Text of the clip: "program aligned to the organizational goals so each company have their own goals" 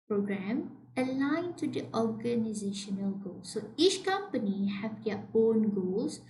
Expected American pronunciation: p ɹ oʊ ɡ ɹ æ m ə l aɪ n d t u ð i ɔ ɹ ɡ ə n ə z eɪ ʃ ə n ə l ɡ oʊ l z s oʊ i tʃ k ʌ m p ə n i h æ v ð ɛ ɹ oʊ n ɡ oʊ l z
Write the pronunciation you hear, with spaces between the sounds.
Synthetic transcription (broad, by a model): p ɹ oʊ ɡ ɹ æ m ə l aɪ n t u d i ɔ ɹ ɡ ə n ə z eɪ ʃ ə n ə l ɡ oʊ l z s oʊ i tʃ k ʌ m p ə n i h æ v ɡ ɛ oʊ n ɡ oʊ l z